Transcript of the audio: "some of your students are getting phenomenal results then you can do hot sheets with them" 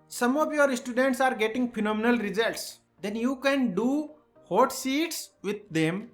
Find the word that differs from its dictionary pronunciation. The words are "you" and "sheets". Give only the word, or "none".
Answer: sheets